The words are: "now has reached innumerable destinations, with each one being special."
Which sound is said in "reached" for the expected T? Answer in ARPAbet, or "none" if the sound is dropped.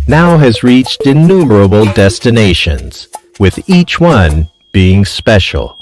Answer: T